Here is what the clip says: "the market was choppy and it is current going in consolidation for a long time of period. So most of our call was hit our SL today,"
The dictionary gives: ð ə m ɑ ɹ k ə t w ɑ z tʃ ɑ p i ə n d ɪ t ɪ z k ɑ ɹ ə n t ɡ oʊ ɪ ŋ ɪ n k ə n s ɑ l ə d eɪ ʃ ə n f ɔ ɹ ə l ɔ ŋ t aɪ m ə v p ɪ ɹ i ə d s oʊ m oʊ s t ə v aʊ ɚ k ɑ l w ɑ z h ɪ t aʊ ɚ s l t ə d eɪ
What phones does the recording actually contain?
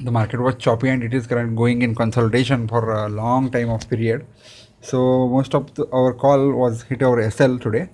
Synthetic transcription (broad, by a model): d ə m ɑ ɹ k ə t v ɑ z tʃ ɑ p i ə n d ɪ t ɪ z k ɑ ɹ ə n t ɡ oʊ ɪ ŋ ɪ n k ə n s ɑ l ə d eɪ ʃ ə n f ɔ ɹ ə l ɔ ŋ t aɪ m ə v p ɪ ɹ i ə d s oʊ m oʊ s t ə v aʊ ɚ k ɑ l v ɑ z h ɪ t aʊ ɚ s l t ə d eɪ